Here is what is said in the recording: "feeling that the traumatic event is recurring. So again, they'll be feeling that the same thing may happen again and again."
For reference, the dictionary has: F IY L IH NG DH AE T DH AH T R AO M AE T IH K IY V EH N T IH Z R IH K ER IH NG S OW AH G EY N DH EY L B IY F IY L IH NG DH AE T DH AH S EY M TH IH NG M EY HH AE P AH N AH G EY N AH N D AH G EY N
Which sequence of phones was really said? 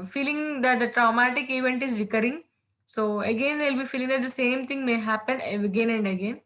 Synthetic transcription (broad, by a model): F IY L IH NG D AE T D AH T R AO M AE T IH K IY V EH N T IH Z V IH K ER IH NG S OW AH G EY N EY L B IY F IY L IH NG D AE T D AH S EY M T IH NG M EY HH AE P AH N AH G EY N AH N D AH G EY N